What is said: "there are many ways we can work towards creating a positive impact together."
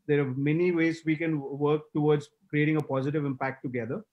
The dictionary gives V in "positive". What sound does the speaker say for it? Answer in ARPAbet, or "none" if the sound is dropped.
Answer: V